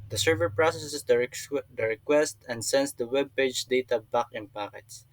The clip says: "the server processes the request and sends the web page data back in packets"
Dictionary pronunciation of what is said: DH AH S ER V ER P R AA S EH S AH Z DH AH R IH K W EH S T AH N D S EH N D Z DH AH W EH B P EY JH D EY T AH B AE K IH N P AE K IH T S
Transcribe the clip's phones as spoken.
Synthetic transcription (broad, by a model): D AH S ER V ER P R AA S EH S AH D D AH R IH K W EH S T AH N D S EH N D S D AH W EH B P EY JH D EY T AH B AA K IH N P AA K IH T S